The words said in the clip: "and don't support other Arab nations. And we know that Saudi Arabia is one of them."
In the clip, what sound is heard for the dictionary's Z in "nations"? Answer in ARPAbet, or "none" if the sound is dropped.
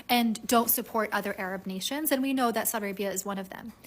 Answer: Z